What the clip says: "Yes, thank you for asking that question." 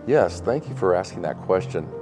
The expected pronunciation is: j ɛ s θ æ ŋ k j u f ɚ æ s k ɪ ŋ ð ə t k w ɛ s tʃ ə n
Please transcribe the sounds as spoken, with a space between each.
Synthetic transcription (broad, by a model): j ɛ s θ æ ŋ k j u f ɚ æ s k ɪ ŋ ð ə t k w ɛ s tʃ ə n